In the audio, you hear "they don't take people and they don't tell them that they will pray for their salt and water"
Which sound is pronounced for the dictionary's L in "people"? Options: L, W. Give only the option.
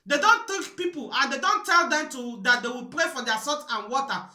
L